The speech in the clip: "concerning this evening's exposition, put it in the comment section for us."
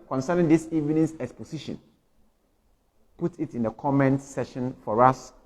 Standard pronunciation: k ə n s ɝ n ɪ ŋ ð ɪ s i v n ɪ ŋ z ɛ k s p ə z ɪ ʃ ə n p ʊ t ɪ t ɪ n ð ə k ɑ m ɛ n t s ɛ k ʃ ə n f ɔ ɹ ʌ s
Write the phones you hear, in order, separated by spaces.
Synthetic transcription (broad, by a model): k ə n s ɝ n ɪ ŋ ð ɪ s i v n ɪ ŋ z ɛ k s p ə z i ʃ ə n p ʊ t ɪ t ɪ n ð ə k ɑ m ɛ n t s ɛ ʃ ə n f ɔ ɹ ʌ s